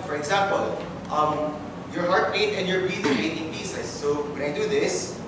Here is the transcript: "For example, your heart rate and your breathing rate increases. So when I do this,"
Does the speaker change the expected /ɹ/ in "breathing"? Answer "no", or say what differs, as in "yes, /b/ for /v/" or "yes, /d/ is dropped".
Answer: yes, /ɹ/ is dropped